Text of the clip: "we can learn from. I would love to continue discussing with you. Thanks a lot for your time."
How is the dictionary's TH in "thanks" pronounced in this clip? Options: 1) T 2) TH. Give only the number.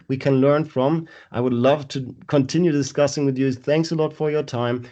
2